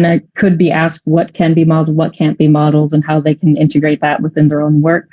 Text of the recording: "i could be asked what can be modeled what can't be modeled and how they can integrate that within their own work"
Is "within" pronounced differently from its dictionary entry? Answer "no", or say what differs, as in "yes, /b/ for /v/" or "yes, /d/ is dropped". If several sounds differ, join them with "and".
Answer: no